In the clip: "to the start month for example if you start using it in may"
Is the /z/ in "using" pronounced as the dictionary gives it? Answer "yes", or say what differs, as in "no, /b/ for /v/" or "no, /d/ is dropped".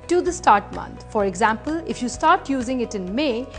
yes